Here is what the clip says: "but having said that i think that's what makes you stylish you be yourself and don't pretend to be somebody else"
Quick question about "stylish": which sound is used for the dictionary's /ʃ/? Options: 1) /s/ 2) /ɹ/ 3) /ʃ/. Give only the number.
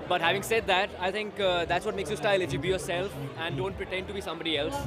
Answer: 1